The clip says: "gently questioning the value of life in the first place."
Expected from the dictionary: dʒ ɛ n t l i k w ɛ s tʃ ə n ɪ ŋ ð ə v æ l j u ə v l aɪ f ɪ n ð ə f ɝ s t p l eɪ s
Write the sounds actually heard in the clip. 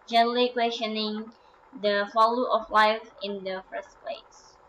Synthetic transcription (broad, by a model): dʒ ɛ n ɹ l i k w ɛ s tʃ ə n ɪ ŋ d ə f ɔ l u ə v l aɪ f ɪ n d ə f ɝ s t p l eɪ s